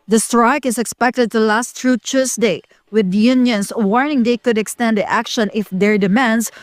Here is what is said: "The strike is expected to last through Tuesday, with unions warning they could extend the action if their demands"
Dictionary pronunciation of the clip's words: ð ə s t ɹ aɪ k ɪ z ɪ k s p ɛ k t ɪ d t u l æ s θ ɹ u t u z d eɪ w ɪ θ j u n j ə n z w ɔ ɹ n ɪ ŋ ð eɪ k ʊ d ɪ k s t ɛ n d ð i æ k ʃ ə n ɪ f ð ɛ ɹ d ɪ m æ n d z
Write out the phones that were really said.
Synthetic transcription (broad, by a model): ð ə s t ɹ aɪ k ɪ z ɪ k s p ɛ k t ɪ d t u l æ s t ɹ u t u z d eɪ w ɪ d j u n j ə n s w ɔ ɹ n ɪ ŋ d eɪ k ʊ d ɪ k s t ɛ n d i æ k ʃ ə n ɪ f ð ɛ ɹ d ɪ m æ n d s